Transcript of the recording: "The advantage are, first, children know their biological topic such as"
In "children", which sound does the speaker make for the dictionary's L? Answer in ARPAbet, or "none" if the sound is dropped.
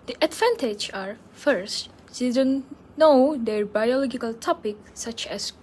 none